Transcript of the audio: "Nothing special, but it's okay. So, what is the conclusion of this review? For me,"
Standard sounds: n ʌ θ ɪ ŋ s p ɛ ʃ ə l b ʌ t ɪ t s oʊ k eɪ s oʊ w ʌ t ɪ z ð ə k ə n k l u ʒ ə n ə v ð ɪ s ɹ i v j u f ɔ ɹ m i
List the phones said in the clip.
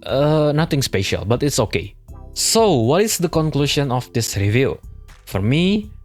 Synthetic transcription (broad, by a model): n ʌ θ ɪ ŋ s p ɛ ʃ ə l b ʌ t ɪ t s oʊ k eɪ s oʊ w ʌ t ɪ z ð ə k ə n k l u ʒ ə n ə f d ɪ s ɹ i v j u f ɔ ɹ m i